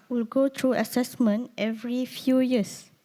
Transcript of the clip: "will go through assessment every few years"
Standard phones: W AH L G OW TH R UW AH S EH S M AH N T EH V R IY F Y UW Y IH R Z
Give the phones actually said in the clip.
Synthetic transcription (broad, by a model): W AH L G OW T R UW AH S EH S M AH N T EH V R IY F Y UW Y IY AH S